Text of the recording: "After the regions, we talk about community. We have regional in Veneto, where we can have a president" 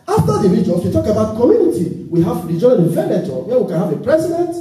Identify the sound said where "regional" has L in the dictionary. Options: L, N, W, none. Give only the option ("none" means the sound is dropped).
N